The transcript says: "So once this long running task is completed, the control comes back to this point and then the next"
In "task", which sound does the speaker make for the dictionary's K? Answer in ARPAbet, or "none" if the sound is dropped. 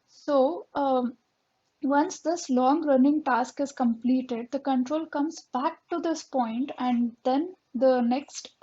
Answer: K